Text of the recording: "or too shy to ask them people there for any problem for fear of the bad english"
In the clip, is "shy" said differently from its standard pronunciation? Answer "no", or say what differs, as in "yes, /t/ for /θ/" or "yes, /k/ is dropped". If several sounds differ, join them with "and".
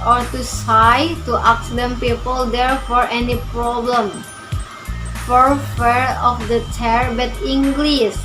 yes, /s/ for /ʃ/